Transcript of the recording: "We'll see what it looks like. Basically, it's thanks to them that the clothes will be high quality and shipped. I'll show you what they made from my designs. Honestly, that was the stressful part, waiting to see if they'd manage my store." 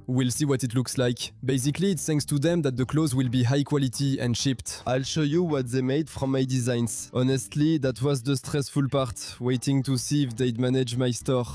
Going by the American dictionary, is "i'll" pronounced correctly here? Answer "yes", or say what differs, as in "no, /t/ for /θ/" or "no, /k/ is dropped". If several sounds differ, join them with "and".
yes